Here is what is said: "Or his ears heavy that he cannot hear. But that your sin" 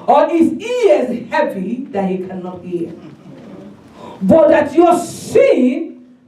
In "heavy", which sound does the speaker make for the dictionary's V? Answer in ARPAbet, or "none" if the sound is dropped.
P